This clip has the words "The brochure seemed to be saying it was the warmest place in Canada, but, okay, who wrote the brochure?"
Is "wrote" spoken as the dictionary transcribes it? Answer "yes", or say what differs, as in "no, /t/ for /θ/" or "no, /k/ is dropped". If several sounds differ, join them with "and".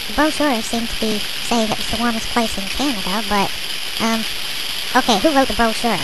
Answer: yes